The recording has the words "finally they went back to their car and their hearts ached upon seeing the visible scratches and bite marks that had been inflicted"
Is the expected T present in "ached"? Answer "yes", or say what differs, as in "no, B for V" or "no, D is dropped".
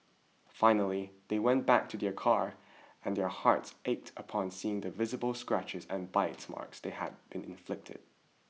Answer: yes